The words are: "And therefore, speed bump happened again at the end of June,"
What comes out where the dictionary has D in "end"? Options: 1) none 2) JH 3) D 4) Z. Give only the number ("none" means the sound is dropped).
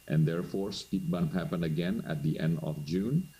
3